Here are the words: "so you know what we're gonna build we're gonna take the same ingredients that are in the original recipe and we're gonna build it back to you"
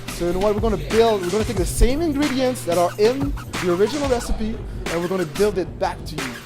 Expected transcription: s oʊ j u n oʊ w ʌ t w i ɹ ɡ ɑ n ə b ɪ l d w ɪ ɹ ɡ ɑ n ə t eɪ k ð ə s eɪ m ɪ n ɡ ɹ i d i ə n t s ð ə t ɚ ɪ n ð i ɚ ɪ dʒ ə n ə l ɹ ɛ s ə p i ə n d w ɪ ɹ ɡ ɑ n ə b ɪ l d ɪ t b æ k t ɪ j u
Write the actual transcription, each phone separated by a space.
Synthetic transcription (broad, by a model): s oʊ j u n oʊ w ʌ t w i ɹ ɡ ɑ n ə b ɪ l d w ɪ ɹ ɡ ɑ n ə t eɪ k ð ə s eɪ m ɪ n ɡ ɹ i d i ə n t s ð ə t ɚ ɪ n ð i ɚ ɪ dʒ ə n l ɹ ɛ s ə p i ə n w ɪ ɹ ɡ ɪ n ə b ɪ l d ɪ t b æ k t ɪ j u